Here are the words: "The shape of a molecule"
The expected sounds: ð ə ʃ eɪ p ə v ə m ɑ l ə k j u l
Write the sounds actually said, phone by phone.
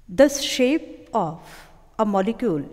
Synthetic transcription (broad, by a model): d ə ʃ eɪ p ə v ə m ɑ l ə k j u l